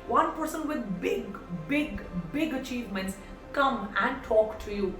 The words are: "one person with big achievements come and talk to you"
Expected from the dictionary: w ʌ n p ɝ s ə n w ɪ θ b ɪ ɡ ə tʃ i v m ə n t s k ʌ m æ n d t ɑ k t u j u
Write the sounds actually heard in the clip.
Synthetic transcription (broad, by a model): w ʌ n p ɝ s ə n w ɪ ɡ b ɪ ɡ ə tʃ i v m ə n t s k ʌ m æ n d t ɑ k t u j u